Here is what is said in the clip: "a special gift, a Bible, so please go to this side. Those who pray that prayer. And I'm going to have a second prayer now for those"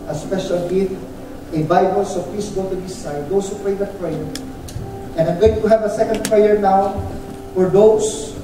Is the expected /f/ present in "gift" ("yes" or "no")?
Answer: no